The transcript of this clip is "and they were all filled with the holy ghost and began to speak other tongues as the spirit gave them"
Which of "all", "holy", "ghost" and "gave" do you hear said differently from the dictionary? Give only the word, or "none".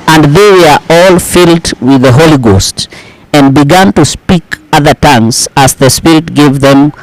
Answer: none